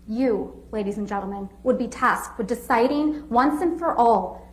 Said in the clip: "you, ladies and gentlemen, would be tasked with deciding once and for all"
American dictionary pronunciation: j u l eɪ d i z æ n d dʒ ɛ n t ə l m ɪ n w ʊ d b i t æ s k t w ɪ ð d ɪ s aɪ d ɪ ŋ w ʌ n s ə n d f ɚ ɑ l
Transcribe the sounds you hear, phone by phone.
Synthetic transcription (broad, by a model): j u l eɪ d i z n dʒ ɛ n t l m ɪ n w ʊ d b i t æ s k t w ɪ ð d ɪ s aɪ d ɪ ŋ w ʌ n s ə n f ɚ ɑ l